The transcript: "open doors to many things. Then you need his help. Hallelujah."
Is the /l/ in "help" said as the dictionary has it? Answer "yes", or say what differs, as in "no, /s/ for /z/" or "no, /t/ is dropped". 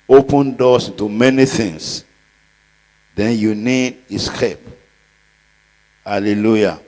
no, /l/ is dropped